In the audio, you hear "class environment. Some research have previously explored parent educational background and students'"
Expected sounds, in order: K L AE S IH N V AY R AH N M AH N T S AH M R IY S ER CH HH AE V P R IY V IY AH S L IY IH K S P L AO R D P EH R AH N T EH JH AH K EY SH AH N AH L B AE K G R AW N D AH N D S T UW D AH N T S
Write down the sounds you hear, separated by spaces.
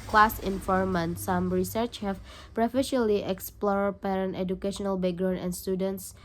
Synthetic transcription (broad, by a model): K L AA S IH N F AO R M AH N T S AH M R IY S ER CH HH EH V P R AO F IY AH L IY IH K S P L AO R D P EH R AH N T EH JH AH K EY SH AH N AH L B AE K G R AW N AH N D S T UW D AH N T S